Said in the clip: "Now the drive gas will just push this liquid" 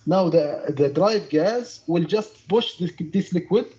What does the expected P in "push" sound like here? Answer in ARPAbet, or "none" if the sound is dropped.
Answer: B